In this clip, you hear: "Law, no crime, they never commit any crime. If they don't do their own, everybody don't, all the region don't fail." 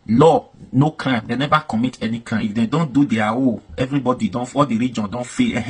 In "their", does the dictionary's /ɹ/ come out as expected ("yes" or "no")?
no